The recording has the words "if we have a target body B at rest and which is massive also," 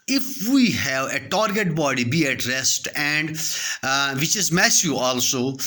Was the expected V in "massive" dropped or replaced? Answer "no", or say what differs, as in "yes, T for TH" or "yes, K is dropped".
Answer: yes, V is dropped